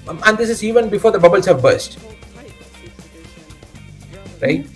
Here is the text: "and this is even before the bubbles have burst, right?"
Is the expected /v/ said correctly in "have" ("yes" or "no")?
yes